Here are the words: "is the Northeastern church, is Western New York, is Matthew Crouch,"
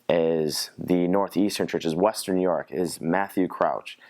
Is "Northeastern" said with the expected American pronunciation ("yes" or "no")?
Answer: yes